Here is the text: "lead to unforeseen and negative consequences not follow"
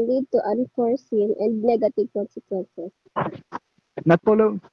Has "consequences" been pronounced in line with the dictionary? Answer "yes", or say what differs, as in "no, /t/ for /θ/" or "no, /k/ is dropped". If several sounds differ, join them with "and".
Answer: no, /s/ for /z/